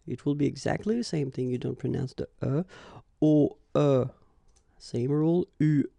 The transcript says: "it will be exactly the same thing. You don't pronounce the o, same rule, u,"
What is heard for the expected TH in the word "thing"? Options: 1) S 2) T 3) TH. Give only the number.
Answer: 3